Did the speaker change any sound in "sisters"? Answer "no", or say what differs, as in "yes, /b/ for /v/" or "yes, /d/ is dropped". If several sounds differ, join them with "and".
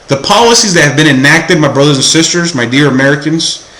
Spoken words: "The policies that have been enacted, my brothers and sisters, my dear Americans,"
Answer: no